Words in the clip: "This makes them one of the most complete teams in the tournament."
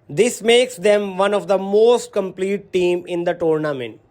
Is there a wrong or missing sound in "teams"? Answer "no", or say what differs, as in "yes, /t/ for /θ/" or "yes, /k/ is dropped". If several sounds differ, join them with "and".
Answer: yes, /z/ is dropped